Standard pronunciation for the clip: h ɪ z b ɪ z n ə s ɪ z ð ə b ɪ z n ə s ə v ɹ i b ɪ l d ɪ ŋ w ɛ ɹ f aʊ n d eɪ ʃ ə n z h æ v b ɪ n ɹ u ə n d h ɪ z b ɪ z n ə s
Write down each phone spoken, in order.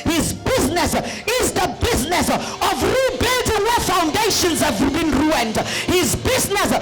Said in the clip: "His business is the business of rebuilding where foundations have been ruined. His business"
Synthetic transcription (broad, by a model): h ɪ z b ɪ z n ə s ɪ z ð ə b ɪ z n ə s ə v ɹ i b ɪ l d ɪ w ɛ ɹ f aʊ n d eɪ ʃ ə n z h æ v b ɪ n ɹ u ə n d h ɪ z b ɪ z n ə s